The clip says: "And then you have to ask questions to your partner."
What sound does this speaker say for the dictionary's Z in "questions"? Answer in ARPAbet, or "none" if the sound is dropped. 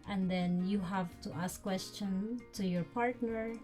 none